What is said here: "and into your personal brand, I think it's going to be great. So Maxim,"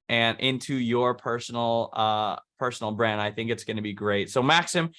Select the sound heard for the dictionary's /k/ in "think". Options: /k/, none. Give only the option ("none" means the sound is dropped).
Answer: /k/